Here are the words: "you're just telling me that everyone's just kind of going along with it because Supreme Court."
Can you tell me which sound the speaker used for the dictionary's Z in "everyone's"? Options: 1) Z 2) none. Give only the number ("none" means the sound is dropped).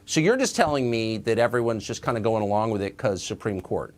1